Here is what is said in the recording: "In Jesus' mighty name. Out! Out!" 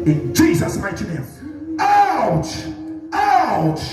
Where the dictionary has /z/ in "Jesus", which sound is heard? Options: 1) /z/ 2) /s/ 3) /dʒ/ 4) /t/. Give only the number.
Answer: 1